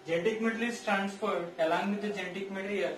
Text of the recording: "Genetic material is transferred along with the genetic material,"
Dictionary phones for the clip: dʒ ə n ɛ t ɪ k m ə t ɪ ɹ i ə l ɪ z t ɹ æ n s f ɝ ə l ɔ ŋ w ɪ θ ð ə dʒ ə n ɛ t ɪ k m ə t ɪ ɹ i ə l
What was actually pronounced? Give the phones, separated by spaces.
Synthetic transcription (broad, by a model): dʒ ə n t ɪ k m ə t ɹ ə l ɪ s t ɹ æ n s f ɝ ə l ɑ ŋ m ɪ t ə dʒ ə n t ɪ k m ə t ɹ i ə